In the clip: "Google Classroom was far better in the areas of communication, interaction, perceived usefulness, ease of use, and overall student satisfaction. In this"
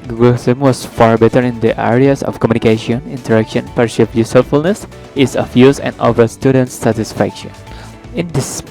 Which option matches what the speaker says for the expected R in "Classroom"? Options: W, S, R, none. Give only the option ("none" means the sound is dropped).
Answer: none